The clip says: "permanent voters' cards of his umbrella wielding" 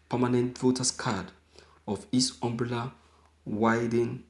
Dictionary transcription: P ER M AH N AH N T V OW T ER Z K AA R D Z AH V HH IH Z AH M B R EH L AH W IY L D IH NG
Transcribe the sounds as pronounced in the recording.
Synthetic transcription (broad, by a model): P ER M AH N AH N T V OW T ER S K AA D AH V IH S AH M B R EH L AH W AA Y D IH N